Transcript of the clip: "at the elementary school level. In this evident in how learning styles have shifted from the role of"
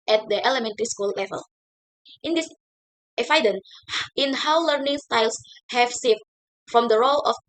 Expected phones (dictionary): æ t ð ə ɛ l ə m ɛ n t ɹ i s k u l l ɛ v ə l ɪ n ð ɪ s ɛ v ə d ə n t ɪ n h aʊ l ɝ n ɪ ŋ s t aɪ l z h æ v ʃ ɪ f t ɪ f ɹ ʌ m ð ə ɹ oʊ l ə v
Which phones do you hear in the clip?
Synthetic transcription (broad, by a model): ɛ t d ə ɛ l ə m ɛ n t ɹ i s k u l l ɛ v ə l ɪ n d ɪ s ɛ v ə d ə n ɪ n h aʊ l ɝ n ɪ ŋ s t aɪ l s h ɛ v s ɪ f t f ɹ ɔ m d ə ɹ oʊ l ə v